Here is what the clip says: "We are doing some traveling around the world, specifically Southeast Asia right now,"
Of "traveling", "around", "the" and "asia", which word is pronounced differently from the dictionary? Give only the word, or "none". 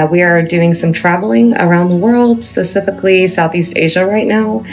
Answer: none